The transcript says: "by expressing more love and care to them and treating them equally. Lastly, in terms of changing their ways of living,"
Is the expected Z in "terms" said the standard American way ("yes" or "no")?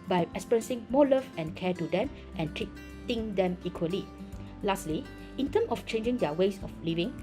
no